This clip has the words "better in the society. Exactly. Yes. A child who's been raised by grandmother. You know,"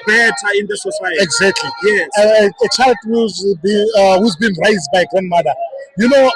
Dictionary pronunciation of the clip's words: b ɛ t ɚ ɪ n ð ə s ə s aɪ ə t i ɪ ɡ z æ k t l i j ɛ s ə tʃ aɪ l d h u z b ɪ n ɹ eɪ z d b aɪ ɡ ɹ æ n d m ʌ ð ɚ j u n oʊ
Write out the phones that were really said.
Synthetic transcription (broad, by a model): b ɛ t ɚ ɪ n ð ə s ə s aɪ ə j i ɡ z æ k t l i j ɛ ə tʃ aɪ l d h u z b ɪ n ɹ eɪ z d b aɪ ɡ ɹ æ n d m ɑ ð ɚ j u n oʊ